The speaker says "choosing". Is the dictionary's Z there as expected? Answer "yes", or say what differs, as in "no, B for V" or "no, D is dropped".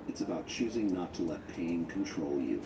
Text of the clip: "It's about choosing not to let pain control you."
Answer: yes